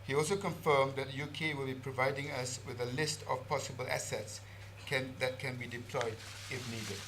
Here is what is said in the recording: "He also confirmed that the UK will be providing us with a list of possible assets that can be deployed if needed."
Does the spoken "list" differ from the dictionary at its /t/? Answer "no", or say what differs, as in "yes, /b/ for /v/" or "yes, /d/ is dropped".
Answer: no